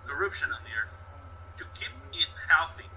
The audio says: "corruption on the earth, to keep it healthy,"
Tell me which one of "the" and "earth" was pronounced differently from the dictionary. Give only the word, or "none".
none